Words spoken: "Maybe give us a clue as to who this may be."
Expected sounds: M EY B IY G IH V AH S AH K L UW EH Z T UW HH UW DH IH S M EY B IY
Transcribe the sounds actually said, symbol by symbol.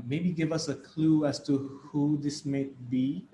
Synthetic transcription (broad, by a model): M EY B IY G IH V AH S AH K L UW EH S T UW HH UW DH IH S M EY B IY